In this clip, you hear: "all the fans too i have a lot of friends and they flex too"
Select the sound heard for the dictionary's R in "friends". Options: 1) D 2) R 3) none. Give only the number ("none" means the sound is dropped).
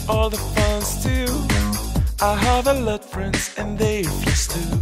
2